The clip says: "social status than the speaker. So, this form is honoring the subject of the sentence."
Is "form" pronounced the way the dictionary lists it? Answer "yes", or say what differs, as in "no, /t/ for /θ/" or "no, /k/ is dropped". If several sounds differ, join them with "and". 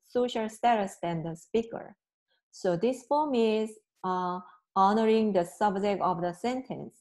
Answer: no, /l/ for /ɹ/